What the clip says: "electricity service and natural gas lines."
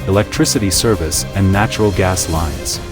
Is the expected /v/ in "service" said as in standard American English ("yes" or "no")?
yes